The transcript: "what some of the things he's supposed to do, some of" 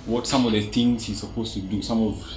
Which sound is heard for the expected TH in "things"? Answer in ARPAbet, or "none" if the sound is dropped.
T